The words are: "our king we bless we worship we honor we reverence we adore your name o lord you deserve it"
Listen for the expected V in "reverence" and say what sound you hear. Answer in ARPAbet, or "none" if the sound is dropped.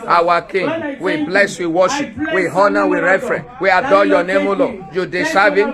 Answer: F